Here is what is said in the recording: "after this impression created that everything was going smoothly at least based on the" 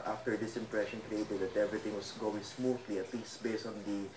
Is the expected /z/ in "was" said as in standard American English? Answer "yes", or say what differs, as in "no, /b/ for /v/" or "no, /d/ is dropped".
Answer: no, /s/ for /z/